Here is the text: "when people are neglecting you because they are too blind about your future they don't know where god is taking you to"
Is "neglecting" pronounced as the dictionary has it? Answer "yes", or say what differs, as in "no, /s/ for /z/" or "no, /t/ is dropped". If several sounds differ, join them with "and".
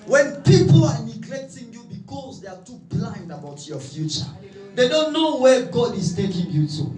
no, /k/ is dropped